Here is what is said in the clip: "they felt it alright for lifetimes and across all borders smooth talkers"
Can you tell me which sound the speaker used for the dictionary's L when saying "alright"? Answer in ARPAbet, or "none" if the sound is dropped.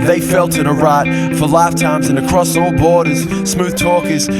none